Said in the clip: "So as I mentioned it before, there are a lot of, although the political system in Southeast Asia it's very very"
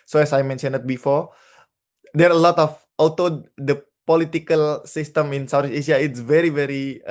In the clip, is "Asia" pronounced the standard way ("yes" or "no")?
no